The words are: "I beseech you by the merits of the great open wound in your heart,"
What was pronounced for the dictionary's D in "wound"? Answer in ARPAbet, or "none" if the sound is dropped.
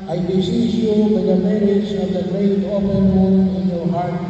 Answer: none